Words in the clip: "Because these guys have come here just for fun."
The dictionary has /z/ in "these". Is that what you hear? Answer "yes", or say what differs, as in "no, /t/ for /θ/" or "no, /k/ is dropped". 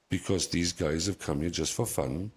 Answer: yes